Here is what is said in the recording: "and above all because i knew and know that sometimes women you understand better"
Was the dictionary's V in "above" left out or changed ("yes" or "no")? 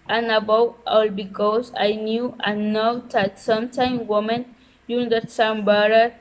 yes